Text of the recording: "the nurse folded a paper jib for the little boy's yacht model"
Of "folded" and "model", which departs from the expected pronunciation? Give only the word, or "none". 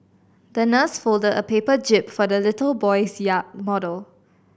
none